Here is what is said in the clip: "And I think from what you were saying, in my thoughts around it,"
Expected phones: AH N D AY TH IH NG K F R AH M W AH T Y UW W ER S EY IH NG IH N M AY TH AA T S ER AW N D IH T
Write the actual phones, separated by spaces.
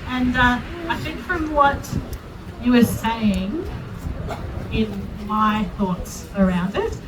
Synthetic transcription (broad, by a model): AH N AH AY TH IH NG K F R AH M W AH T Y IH W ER S EY IH NG IH N M AY TH AA T S ER AW N D IH T